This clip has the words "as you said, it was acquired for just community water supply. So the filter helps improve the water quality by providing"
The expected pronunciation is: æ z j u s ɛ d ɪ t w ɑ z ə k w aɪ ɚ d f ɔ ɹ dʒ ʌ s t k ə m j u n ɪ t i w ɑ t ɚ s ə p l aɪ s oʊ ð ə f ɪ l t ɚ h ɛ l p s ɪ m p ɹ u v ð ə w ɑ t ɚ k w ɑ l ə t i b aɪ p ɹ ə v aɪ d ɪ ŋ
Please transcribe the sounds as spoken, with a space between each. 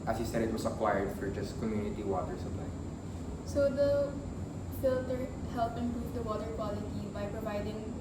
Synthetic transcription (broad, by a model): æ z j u s ɛ d ɪ t w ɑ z ə k w aɪ ɚ d f ɔ ɹ dʒ ʌ s t k ə m j u n ɪ t i w ɑ t ɚ s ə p l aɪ s oʊ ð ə f ɪ l t ɚ h ɛ l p ɪ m p ɹ u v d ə w ɑ t ɚ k w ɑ l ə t i b aɪ p ɹ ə v aɪ d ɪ ŋ